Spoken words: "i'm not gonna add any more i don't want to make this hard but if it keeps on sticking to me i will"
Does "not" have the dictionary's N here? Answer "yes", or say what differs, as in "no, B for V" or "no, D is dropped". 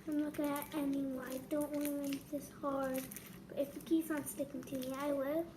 no, L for N